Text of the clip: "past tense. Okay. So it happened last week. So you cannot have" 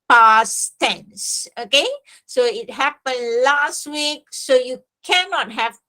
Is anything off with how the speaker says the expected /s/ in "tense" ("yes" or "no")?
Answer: no